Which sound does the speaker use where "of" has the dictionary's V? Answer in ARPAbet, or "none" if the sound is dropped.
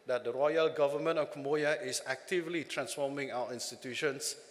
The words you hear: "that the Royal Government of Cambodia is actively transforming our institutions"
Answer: F